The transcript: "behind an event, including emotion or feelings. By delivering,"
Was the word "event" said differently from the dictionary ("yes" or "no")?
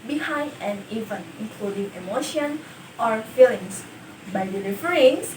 yes